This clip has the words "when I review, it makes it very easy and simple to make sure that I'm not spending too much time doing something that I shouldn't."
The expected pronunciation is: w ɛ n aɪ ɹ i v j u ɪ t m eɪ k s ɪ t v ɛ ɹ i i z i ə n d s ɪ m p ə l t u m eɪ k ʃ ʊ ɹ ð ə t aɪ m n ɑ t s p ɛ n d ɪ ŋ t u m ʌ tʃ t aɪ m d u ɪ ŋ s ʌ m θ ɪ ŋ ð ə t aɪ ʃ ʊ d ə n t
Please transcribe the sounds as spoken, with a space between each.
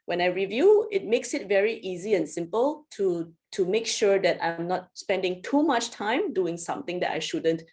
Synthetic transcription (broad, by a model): w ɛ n aɪ ɹ i v j u ɪ t m eɪ k s ɪ t v ɛ ɹ i i z i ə n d s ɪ m p ə l t u m eɪ k ʃ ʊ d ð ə t aɪ m n ɑ t s p ɛ n d ɪ ŋ t u m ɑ tʃ t aɪ m d u ɪ ŋ s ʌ m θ ɪ ŋ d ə t aɪ ʃ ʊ d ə n t